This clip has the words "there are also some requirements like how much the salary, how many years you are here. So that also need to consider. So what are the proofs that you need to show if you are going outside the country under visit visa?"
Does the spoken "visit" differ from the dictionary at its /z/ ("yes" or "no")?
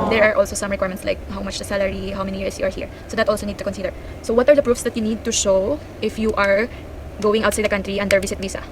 yes